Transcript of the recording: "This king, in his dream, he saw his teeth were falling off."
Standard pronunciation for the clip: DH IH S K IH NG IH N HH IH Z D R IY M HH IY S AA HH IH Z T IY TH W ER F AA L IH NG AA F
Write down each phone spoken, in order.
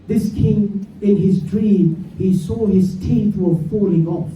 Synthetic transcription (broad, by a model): DH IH S K IH NG IH N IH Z D R IY M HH IY S AA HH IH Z T IY TH W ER F AA L IH NG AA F